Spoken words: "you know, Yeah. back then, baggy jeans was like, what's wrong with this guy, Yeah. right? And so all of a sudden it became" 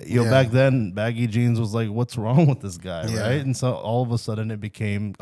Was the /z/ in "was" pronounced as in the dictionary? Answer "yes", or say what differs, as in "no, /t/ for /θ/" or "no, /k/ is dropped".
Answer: yes